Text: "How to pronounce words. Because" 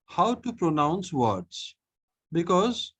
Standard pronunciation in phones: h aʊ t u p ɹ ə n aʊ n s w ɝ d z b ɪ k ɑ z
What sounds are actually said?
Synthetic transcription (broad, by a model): h aʊ t u p ɹ ə n aʊ n s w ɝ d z b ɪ k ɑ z